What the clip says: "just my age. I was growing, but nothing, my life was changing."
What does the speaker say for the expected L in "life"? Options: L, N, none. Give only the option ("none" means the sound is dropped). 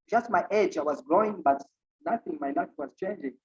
N